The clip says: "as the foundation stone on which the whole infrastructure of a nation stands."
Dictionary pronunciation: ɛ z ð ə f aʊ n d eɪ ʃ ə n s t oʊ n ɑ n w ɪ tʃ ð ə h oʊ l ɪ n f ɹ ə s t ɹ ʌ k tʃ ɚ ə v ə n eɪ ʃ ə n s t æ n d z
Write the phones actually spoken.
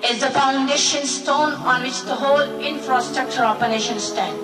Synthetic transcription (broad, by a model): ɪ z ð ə f aʊ n d eɪ ʃ ə n s t oʊ n ɑ n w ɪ tʃ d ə h oʊ l ɪ n f ɹ ə s t ɹ ʌ k tʃ ɚ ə p ə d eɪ ʃ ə n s t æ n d